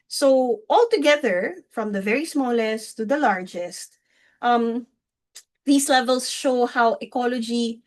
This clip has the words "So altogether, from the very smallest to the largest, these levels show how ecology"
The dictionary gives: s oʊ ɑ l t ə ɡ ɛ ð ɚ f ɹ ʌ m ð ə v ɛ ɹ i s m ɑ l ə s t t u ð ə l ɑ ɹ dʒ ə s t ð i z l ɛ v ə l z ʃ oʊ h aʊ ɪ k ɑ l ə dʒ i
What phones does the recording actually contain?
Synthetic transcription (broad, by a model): s oʊ ɑ l t ə ɡ ɛ ð ɚ f ɹ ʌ m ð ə v ɛ ɹ i s m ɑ l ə s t t u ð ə l ɑ ɹ dʒ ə s t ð i s l ɛ v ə l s ʃ oʊ h aʊ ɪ k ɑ l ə dʒ i